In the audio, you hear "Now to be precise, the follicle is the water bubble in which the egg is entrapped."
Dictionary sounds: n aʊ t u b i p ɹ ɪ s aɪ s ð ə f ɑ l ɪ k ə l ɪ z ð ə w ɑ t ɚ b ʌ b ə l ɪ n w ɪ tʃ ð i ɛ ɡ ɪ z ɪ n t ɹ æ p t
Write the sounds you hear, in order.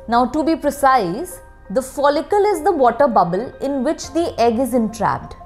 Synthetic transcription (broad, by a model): n aʊ t u b i p ɹ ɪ s aɪ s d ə f ɑ l ɪ k ə l ɪ z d ə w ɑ t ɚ b ʌ b ə l ɪ n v ɪ tʃ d i ɛ ɡ ɪ z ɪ n t ɹ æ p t